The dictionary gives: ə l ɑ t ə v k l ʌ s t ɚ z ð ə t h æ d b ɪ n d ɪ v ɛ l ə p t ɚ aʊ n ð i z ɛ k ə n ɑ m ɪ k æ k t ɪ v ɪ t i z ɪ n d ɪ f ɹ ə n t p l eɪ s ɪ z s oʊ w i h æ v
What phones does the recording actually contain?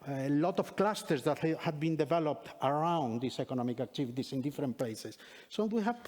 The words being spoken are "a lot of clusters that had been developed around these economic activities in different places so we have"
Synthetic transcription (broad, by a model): l ɑ t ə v k l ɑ s t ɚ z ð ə t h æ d b ɪ n d ɪ v ɛ l ə p t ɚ aʊ n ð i s ɛ k ə n ɑ m ɪ k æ k t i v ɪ t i s ɪ n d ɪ f ɹ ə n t p l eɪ s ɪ s oʊ w i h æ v